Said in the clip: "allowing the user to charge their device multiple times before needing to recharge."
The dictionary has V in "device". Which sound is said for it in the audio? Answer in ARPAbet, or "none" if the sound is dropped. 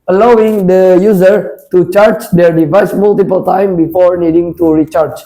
V